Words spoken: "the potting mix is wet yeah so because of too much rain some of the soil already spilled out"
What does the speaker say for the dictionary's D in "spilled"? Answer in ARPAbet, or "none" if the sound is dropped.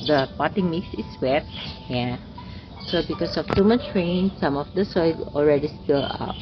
none